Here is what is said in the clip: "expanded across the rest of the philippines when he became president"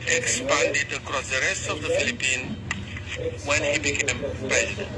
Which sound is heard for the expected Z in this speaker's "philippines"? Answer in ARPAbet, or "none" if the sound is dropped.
none